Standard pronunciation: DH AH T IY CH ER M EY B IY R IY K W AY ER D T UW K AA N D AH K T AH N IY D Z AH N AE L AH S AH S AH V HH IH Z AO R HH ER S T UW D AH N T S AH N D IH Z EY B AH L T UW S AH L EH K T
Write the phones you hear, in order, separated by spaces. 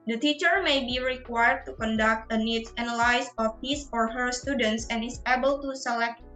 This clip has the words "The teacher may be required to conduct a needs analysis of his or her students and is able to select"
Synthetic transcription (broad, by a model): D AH T IY CH ER M EY B IY R IY K W AY ER D T UW K AA N D AH K T AH N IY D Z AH N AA L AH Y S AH F HH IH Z AO R HH ER S T UW D AH N T S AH N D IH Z EY B AH L T UW S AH L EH K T